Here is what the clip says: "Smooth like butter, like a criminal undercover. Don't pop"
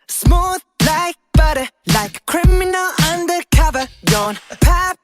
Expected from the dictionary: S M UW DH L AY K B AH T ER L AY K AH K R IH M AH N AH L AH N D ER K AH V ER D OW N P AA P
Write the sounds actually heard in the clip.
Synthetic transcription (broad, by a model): S M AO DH L AY K B AH T ER L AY AH K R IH M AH N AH L AH N D ER K AH V ER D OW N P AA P